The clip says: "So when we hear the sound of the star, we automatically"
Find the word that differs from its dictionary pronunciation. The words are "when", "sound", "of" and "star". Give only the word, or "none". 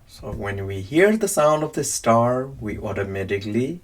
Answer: none